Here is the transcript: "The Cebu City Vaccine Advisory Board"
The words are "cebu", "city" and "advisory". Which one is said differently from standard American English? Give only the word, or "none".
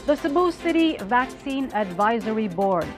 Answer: none